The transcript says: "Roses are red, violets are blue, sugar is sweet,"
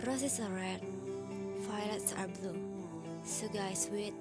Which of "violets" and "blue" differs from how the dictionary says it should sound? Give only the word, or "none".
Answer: violets